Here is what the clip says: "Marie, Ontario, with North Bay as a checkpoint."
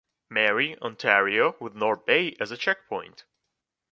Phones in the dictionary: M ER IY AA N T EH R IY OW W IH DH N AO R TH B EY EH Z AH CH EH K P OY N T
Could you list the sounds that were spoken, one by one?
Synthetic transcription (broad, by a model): M ER IY AA N T EH R IY OW W IH DH N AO R B EY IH Z AH CH EH K P OY N T